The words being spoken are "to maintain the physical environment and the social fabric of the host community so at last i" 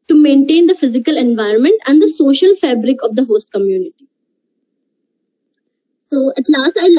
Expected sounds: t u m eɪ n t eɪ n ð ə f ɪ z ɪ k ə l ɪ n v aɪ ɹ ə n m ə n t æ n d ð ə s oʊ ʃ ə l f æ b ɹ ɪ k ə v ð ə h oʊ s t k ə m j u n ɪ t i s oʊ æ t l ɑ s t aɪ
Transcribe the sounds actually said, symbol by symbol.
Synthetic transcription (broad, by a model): t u m eɪ n t eɪ n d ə f ɪ z ɪ k ə l ɪ n v aɪ ɹ ə n m ə n t æ n d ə s oʊ ʃ ə l f æ b ɹ ɪ k ə v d ə h oʊ s t k ə m j u n ɪ t i s oʊ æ t l ɑ s t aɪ